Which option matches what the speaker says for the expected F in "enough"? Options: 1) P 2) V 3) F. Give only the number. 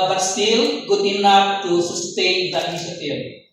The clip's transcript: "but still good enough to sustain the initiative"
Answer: 1